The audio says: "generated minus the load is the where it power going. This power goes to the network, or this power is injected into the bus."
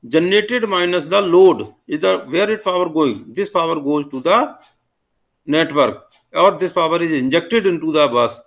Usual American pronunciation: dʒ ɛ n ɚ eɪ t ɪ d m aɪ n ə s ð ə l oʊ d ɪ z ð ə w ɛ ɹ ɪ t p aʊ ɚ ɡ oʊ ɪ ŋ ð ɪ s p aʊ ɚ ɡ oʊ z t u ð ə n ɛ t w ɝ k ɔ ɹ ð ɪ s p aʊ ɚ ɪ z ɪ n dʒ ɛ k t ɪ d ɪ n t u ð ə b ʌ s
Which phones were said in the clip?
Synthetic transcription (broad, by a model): dʒ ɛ n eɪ t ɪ d m aɪ n ə s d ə l oʊ d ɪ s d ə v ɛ ɹ ɪ t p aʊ ɚ ɡ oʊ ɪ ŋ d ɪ s p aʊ ɚ ɡ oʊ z t u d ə n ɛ t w ɝ k ɔ ɹ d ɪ s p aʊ ɚ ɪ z ɪ n dʒ ɛ k t ɪ d ɪ n t u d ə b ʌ s